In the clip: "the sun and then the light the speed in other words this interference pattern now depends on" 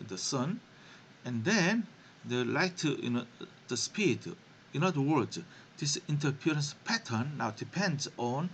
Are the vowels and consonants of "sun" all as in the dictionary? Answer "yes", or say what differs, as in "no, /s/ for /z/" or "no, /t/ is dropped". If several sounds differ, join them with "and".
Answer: yes